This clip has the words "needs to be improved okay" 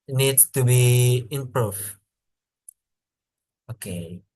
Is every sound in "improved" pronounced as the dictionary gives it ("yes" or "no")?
no